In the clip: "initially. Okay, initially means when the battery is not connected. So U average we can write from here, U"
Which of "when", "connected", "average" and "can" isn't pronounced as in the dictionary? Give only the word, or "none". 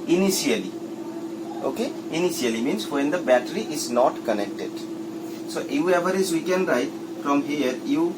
average